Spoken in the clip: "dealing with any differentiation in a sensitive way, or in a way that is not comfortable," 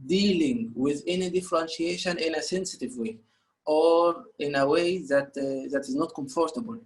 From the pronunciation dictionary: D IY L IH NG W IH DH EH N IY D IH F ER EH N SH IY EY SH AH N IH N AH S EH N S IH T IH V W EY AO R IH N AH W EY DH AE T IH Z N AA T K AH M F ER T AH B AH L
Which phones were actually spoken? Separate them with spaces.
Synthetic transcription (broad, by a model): D IY L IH NG W IH DH EH N IY D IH F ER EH N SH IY EY SH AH N IH N AH S EH N S IH T IH V W EY AO R IH N AH W EY DH AE T IH Z N AA T K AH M F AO T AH B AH L